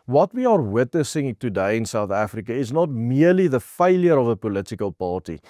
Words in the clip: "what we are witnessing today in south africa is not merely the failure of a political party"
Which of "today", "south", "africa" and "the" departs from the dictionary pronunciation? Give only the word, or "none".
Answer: none